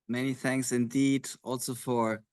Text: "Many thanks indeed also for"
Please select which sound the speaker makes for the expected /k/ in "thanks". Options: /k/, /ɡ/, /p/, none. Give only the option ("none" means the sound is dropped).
/k/